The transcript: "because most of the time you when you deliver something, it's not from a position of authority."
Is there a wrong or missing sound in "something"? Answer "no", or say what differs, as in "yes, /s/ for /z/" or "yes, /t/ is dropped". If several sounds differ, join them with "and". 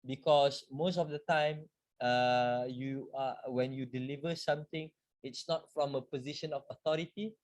yes, /t/ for /θ/